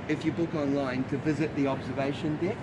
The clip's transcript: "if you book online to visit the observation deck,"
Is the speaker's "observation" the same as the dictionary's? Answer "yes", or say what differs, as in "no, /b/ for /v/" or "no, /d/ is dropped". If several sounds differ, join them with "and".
yes